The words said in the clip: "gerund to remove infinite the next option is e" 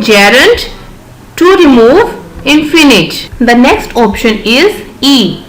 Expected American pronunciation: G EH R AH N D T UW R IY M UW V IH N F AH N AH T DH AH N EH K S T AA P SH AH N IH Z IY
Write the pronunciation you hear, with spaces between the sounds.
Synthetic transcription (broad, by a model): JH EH R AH N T T UW R IY M UW V IH N F AH N AH T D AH N EH K S T AA P SH AH N IH Z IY